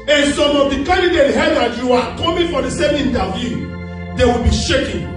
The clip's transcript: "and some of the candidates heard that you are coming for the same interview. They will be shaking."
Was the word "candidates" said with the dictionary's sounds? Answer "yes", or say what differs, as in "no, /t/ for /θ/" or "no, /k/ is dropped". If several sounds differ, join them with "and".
no, /s/ is dropped